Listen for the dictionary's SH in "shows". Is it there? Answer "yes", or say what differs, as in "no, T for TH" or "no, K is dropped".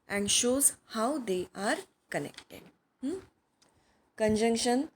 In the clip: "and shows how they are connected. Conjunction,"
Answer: yes